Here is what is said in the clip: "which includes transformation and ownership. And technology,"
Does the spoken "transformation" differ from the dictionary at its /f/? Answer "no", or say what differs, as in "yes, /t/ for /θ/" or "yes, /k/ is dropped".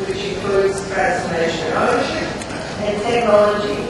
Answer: yes, /f/ is dropped